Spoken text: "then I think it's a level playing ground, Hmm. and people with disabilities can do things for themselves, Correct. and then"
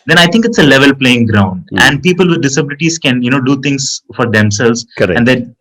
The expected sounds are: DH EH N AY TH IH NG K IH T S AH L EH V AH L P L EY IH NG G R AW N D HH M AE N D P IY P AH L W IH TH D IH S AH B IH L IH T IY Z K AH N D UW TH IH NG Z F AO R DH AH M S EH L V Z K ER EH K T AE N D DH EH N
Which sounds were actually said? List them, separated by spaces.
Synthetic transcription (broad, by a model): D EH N AY T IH NG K IH T S AH L EH V AH L P L EY IH NG G R AW N D AE N D P IY P AH L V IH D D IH S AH B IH L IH T IY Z K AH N D UW T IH NG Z F AO R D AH M S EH L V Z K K AE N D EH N